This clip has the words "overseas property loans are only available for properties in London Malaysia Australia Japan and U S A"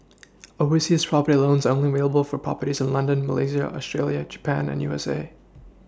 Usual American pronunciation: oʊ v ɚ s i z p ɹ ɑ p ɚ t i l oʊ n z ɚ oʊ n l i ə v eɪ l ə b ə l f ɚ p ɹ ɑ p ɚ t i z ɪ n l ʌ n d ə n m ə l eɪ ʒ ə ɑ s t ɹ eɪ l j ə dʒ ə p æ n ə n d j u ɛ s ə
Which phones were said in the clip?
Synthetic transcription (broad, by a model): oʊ w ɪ s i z p ɹ ɑ p ɚ t i l oʊ n z oʊ n l i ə v eɪ l ə b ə l f ɚ p ɹ ɑ p ɚ t i z ɪ n l ʌ n d ə n m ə l eɪ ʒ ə ɑ s t ɹ eɪ l j ə dʒ ə p æ n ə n j u ɛ s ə